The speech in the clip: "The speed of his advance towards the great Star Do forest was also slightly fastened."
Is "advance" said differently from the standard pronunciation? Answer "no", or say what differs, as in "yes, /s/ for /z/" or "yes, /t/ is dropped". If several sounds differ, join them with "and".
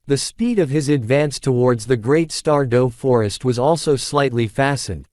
no